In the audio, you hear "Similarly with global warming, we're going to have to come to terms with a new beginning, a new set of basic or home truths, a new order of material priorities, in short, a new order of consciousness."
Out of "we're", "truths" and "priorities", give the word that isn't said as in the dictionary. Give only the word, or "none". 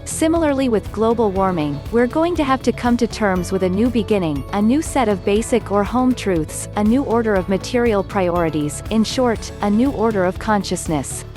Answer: none